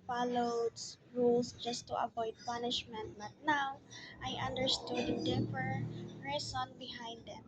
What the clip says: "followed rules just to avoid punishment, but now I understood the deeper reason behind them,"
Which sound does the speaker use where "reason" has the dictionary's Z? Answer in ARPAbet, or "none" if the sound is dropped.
S